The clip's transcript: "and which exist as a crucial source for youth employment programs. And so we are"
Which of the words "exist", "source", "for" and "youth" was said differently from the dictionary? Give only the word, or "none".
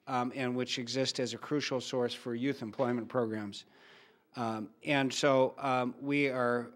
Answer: none